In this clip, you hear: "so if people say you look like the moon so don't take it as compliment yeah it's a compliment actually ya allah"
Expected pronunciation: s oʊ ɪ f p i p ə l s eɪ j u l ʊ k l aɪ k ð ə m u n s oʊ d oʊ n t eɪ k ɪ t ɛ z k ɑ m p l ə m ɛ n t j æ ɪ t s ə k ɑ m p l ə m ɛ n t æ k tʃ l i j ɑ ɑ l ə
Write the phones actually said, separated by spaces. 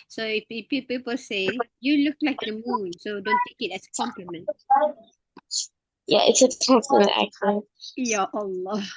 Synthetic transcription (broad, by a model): s oʊ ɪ p p i p ə l s eɪ j u l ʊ k l aɪ k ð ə m u n s oʊ d oʊ n t eɪ k ɪ t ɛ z k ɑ m p l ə m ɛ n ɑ j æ ɪ t s ə k ɑ m p l ə m ɛ n t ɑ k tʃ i j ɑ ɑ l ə